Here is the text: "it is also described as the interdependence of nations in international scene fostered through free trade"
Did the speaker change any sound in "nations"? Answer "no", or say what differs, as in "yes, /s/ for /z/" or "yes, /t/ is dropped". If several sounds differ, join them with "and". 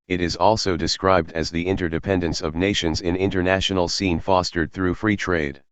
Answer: no